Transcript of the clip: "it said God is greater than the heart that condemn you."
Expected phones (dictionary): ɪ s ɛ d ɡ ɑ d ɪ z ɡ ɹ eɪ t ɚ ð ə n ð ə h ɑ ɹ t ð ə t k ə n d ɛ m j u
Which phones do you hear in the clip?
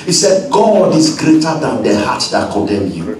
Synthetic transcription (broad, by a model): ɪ s ɛ d ɡ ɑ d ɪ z ɡ ɹ eɪ t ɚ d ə n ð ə h ɑ t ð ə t k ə d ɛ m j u